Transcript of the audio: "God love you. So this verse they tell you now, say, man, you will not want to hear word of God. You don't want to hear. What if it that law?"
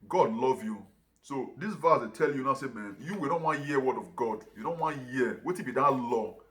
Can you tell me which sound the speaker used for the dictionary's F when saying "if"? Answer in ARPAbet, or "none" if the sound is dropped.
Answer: P